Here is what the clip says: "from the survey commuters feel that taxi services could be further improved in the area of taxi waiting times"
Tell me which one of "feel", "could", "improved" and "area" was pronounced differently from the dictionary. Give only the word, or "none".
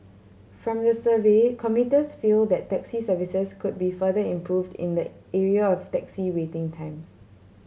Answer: none